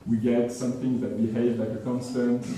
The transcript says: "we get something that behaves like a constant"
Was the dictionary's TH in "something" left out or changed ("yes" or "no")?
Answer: no